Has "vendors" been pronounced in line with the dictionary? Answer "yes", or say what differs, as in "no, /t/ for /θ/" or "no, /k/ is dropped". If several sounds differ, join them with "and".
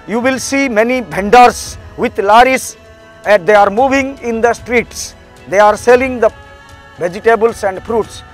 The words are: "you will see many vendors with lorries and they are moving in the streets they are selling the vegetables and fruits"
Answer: no, /b/ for /v/